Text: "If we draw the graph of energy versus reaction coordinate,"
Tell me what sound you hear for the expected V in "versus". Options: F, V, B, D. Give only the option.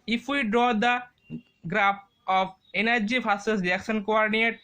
F